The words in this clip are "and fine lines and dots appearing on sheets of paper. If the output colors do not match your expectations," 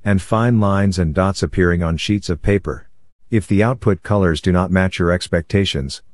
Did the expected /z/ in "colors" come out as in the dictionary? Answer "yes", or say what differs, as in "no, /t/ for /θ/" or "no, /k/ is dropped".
yes